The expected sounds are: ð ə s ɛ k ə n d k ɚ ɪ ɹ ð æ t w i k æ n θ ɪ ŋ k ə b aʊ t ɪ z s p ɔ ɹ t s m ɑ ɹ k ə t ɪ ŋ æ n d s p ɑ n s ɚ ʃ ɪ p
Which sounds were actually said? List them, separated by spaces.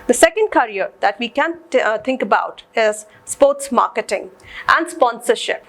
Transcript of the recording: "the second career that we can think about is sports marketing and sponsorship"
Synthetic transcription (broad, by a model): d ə s ɛ k ə n d k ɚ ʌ ɹ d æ t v i k æ n t ɪ ŋ k ə b aʊ t ɪ z s p ɔ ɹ t s m ɑ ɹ k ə t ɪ ŋ æ n d s p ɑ n s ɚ ʃ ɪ p